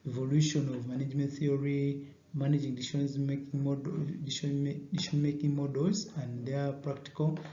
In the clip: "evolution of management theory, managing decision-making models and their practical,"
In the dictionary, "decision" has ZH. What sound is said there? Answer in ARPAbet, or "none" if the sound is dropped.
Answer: SH